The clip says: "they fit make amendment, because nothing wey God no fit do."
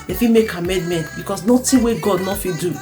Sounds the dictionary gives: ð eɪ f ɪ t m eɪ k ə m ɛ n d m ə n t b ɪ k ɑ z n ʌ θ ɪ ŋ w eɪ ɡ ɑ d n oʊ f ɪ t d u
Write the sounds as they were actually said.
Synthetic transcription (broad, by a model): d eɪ f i m eɪ k ə m ɛ n d m ə n t b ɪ k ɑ s n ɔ t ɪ w eɪ ɡ ɑ d n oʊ f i d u